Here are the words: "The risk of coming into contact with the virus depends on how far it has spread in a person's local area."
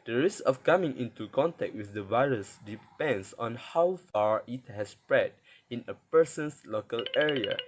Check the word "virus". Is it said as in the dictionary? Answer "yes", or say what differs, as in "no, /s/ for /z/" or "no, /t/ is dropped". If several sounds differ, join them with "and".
yes